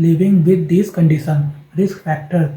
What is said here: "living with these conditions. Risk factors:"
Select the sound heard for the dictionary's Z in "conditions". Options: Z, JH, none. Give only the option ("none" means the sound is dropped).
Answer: none